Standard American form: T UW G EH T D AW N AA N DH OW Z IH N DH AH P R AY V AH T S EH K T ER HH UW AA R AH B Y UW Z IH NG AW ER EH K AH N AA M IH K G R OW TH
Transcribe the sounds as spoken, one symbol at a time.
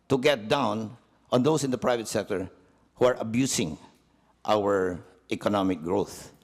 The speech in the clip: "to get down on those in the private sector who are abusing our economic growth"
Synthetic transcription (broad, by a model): T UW G EH T D AW N AA N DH OW S IH N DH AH P R AY V AH T S EH K T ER HH UW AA R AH B Y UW S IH NG AW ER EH K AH N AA M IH K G R OW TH